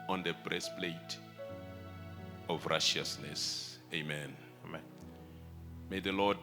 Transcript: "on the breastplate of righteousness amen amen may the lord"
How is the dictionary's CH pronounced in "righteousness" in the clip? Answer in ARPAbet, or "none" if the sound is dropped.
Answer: SH